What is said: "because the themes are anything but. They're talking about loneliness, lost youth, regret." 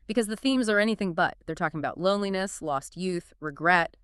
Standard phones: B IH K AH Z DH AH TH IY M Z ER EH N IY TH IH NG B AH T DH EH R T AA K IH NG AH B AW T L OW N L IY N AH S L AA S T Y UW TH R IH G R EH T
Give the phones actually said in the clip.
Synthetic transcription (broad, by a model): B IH K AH Z DH AH TH IY M Z ER EH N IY TH IH NG B AH T DH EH R T AA K IH NG AH B AW T L OW N L IY N AH S L AA S T Y UW TH R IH G R EH T